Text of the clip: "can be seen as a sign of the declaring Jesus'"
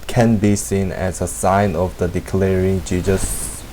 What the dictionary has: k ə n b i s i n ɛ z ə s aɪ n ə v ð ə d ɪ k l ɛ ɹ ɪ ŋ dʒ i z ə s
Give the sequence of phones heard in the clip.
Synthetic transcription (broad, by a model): k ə n b i s i n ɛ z ə s aɪ n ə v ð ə d ɪ k l ɛ ɹ ɪ ŋ dʒ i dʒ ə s